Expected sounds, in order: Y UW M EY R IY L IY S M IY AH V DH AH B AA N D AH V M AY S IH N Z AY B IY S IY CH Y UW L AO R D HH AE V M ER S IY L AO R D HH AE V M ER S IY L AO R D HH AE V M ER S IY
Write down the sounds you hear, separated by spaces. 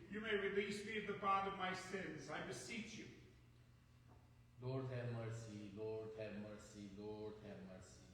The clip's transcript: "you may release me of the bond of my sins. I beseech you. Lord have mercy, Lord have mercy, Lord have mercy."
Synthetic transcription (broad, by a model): Y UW M EY R IY L IY S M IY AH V DH AH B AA D AH V M AY S IH N Z AY B IY S IY CH Y UW L AO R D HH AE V M ER S IY L AO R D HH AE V M ER S IY L AO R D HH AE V M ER S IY